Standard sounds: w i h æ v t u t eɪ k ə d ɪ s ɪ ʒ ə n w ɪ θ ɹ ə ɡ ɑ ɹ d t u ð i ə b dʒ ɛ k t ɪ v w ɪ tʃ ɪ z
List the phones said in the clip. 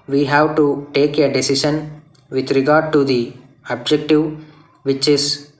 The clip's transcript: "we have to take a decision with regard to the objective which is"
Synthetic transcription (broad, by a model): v i h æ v t u t eɪ k ə d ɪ s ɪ ʃ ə n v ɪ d ɹ ə ɡ ɑ ɹ d t u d i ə b dʒ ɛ k t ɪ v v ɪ tʃ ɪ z